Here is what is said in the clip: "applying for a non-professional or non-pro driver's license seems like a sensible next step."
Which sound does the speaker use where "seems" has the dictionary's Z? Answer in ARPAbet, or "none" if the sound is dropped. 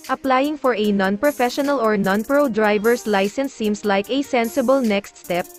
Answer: S